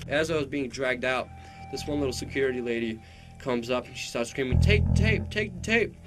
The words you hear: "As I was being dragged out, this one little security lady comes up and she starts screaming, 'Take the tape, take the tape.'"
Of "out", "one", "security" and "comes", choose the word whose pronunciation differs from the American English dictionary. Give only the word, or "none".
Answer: none